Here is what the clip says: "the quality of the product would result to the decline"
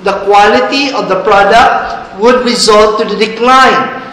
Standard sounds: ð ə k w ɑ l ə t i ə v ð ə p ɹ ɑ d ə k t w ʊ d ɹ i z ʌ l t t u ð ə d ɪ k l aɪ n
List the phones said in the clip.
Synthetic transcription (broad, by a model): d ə k w ɑ l ə t i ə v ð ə p ɹ ɑ d ə k t w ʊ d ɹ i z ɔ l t t u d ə d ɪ k l aɪ n